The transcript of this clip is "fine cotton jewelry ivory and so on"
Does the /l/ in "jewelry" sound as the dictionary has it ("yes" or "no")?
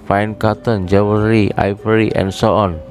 no